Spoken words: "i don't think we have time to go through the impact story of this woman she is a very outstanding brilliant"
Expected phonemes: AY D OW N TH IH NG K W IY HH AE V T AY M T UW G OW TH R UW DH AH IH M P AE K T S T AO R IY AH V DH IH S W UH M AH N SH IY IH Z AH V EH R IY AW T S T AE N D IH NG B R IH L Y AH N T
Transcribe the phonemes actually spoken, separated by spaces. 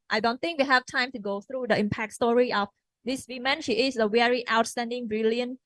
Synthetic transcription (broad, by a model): AY D OW N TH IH NG K W IY HH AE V T AY M T UW G OW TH R UW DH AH IH M P AE K T S T AO R IY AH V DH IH S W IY M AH N SH IY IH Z AH W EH R IY AW T S T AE N D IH NG B R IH L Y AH N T